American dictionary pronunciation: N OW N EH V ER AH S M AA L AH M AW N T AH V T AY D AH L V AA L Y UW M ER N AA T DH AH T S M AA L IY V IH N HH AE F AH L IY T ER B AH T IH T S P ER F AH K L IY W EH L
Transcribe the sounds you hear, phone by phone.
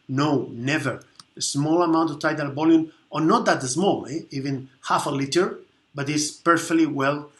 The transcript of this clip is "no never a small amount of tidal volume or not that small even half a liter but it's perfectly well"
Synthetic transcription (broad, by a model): N OW N EH V ER AH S M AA L AH M AW N T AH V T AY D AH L B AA L Y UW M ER N AA T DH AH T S M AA L IY V IH N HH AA F AH L IY T ER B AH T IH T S P ER F AH K L IY W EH L